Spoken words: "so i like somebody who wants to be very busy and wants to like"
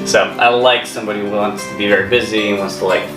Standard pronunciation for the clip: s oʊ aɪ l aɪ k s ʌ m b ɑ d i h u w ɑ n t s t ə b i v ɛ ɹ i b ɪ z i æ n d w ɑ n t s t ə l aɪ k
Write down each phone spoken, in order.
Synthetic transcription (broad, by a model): s oʊ aɪ l aɪ k s ʌ m b ɑ d i h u w ɑ n t s t ə b i v ɛ ɹ i b ɪ z i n w ɑ n t s t ə l aɪ k